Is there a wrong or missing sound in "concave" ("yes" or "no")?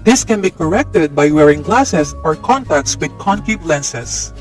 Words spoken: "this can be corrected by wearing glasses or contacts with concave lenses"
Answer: yes